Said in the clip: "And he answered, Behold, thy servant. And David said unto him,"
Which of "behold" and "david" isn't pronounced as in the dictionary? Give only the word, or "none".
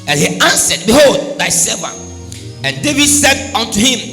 none